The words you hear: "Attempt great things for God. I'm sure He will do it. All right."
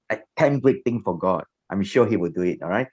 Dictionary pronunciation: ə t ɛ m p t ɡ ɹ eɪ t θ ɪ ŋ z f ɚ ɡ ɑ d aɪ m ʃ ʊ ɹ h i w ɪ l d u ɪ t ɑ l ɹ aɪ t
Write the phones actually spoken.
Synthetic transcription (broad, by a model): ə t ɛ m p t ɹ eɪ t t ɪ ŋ f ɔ ɡ ɑ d aɪ m ʃ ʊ h i w ɪ l d u ɪ t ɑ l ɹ aɪ t